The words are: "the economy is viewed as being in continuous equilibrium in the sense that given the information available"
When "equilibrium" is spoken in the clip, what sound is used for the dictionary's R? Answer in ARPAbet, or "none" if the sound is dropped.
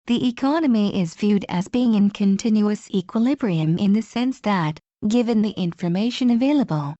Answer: R